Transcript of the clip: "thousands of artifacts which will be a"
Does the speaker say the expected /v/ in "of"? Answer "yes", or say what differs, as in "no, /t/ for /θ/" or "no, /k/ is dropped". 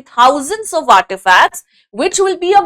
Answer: yes